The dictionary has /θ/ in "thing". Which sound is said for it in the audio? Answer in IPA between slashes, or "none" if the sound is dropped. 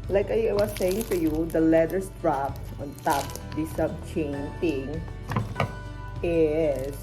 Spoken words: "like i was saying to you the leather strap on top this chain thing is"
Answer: /t/